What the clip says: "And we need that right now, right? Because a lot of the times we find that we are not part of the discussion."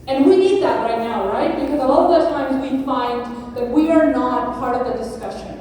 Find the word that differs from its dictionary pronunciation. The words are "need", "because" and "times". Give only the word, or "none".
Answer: none